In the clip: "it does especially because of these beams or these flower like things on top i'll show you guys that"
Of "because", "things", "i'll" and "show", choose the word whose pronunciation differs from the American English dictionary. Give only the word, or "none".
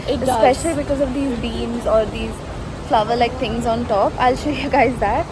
things